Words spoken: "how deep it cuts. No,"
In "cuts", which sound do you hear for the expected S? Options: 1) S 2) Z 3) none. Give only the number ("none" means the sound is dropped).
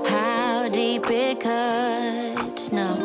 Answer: 3